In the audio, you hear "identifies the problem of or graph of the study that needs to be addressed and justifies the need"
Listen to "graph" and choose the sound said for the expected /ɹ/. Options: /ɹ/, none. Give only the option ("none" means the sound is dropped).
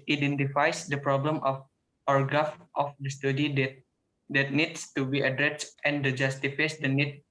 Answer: none